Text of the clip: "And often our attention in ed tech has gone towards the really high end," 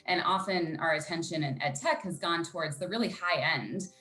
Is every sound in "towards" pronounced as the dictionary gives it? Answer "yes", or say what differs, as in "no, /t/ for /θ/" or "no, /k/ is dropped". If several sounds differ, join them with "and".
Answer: yes